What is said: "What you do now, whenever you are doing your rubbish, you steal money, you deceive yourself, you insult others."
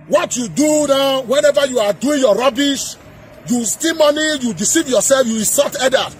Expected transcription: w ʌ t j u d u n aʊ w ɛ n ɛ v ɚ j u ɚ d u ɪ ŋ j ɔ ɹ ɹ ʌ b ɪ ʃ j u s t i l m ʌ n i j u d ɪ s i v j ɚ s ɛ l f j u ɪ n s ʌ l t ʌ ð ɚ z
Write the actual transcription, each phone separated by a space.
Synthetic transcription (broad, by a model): w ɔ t j u d u n aʊ w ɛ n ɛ v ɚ j u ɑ d u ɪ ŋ j ɔ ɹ ɹ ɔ b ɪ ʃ j u s t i m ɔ n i j u d ɪ s i v j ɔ s ɛ l f j u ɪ s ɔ t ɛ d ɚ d